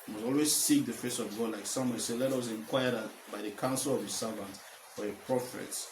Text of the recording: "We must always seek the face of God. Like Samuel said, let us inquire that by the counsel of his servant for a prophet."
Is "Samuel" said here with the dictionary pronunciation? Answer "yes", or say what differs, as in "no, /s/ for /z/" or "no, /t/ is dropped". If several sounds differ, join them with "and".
no, /n/ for /l/